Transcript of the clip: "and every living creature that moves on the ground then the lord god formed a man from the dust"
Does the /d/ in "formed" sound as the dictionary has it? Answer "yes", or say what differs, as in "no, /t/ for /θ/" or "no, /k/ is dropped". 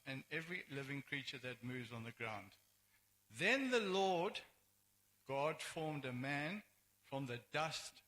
yes